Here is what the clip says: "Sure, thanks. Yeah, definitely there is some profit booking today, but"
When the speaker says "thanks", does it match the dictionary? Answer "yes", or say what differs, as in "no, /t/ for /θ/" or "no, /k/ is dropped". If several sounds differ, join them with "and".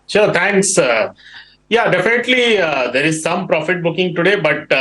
no, /t/ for /θ/